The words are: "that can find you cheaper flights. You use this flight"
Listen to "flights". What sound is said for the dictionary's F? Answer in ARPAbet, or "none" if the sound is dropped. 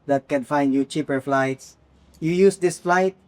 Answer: F